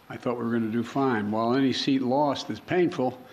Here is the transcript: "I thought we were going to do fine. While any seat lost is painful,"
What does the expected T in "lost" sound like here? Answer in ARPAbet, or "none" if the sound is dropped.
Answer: T